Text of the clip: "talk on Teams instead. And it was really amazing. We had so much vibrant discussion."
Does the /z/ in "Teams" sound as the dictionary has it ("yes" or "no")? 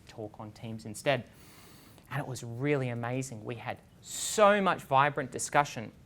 yes